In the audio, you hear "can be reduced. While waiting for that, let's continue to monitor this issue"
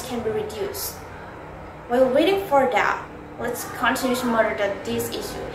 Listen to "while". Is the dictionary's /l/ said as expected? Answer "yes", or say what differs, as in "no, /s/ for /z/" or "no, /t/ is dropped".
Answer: no, /w/ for /l/